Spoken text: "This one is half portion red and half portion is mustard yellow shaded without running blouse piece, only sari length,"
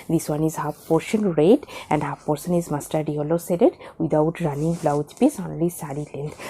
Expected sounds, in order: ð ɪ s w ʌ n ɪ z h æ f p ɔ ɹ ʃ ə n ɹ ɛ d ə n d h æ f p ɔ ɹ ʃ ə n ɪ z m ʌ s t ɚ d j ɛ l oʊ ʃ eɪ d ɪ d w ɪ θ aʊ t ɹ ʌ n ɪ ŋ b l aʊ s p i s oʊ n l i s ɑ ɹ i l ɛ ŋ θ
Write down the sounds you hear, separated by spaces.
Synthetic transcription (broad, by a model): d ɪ s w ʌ n ɪ z h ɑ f p ɔ ɹ ʃ ə n ɹ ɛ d ə n d h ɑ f p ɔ ɹ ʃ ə n ɪ z m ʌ s t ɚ d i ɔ l oʊ s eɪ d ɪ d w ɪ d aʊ t ɹ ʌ n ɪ ŋ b l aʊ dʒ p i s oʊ n l i s ɑ ɹ i l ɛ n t